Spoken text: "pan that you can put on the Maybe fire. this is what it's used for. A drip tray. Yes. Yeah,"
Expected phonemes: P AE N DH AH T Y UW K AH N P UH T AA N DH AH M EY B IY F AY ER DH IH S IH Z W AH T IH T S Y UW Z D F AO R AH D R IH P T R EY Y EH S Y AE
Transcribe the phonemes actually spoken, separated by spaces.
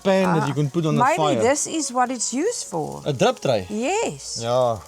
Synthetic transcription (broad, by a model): P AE N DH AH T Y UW K AH N P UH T AA N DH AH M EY IY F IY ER DH IH S IH Z W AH T IH T S Y UW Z F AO L AH D R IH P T R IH Y EH S Y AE